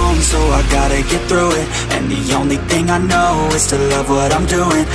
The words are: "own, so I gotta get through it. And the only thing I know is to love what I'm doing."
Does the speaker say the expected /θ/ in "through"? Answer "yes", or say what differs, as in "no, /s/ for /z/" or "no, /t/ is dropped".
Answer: yes